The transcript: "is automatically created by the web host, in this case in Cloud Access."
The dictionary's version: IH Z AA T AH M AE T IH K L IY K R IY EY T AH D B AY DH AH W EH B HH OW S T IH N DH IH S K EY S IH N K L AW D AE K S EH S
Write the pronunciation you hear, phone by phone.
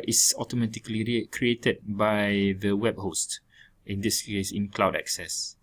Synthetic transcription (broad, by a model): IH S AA T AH M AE T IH K L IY K R IY EY T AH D B AY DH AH W EH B HH OW S T IH N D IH S K EY S IH N K L AW D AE K S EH S